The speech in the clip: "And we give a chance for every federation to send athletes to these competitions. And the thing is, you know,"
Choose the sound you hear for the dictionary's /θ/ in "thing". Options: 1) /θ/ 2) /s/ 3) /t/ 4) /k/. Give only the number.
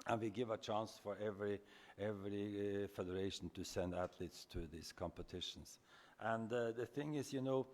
1